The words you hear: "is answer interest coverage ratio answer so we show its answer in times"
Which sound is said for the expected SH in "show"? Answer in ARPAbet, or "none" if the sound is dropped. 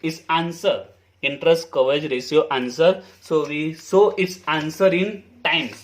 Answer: S